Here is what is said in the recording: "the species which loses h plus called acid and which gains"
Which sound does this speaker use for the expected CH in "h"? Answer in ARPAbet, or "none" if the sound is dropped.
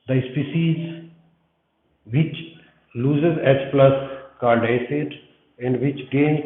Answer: S